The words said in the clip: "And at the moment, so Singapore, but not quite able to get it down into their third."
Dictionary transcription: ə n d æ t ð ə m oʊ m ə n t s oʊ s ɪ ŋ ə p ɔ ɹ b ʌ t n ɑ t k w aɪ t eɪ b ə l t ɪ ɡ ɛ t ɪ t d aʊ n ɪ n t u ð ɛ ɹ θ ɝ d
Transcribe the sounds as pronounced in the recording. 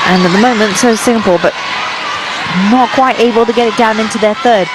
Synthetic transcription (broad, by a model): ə n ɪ t ð ə m oʊ m ə n t s oʊ s ɪ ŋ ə p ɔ l b ʌ t n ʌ t k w aɪ t eɪ b ə l t ɪ ɡ ɛ t ɪ t d aʊ n ɪ n t u ð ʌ ɹ θ ɝ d